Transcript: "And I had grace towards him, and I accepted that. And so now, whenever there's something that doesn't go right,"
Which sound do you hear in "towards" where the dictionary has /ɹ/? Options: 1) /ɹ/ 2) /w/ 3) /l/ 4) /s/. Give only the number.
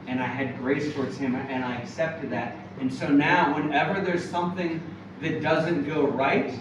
1